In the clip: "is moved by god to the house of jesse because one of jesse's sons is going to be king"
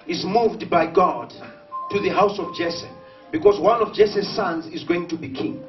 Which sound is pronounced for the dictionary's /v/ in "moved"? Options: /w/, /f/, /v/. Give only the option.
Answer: /v/